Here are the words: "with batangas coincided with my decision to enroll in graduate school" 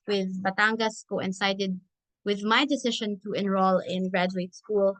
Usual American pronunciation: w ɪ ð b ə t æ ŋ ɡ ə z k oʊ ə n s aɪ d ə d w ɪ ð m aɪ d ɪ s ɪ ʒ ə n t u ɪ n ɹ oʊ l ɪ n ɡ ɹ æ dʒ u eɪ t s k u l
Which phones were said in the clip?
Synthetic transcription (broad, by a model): w ɪ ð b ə t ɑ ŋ ɡ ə s k oʊ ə n s aɪ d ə d w ɪ ð m aɪ d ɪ s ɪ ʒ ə n t u ɪ n ɹ oʊ l ɪ n ɡ ɹ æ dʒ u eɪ t s k u l